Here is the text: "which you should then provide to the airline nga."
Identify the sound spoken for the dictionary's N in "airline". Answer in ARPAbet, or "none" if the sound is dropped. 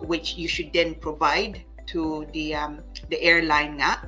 none